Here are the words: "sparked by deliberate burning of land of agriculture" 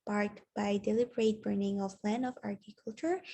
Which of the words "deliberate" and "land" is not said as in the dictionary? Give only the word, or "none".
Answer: land